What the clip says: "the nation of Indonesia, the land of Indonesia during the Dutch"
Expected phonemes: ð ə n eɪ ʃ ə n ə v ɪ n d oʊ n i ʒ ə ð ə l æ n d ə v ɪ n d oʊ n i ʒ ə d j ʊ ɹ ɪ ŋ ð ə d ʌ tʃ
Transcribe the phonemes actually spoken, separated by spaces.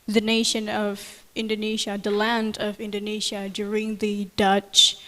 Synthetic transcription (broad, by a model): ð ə n eɪ ʃ ə n ə v ɪ n d oʊ n i ʒ ə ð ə l æ n d ə v ɪ n d oʊ n i ʒ ə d j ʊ ɹ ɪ ŋ ð ə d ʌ tʃ